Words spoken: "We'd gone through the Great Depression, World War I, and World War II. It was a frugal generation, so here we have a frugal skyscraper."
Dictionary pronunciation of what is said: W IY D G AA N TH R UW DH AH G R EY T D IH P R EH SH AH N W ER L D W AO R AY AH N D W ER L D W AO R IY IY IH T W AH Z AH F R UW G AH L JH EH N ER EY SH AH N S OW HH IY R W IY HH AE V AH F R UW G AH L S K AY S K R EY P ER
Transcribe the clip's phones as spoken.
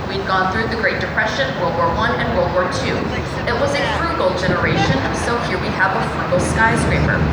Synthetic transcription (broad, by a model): W IY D G AA N TH R UW DH AH G R EY T D IH P R EH SH AH N W ER L D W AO R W AH N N W ER L D W AO R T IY IH T W AH Z AH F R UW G L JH EH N ER EY SH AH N S OW HH IY R W IY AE V AH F R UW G L S K AY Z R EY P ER